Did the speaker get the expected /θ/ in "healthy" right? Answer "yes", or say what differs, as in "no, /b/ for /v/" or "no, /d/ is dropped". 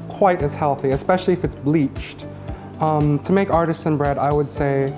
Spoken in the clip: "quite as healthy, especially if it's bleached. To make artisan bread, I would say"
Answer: yes